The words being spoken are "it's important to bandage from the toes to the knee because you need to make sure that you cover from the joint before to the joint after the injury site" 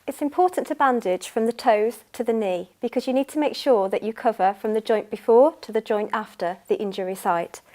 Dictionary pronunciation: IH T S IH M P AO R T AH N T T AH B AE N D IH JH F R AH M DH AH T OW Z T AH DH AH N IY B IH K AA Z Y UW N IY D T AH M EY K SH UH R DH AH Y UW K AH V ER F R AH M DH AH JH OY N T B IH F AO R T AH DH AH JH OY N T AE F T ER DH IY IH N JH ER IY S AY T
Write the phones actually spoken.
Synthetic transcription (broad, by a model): IH T S IH M P AO T N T T AH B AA N D IH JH F R AH M DH AH T OW Z T AH DH AH N IY B IH K AA Z Y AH N IY D T AH M EY K SH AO DH AH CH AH K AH V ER F R AH M DH AH JH OY N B IH F AO T AH DH AH JH OY N T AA F T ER DH IY IH N JH ER IY S AY T